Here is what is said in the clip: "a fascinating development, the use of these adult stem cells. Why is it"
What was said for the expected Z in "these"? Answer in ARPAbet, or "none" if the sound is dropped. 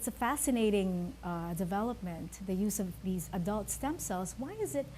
Z